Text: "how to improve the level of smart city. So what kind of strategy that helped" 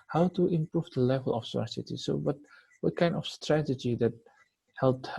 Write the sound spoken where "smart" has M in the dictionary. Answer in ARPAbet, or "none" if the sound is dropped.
none